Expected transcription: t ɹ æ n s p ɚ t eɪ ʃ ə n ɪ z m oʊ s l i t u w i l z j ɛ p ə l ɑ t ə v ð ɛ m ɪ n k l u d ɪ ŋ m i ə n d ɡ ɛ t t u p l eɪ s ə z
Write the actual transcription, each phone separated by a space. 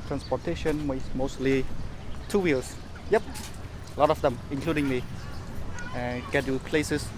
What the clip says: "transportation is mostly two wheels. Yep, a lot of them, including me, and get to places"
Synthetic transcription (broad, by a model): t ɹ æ n s p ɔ t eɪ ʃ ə n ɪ s m oʊ s l i t u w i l s j ɛ p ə l ɑ t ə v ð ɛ m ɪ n k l u d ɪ ŋ m i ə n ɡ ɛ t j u p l eɪ s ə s